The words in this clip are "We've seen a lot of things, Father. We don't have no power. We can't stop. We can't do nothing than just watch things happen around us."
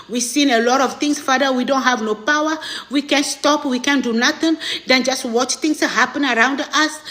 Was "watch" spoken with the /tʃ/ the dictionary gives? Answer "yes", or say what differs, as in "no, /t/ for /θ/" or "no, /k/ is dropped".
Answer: yes